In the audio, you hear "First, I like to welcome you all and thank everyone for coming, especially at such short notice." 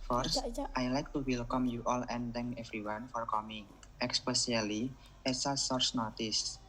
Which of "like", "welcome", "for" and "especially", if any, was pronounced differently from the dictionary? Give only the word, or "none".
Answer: especially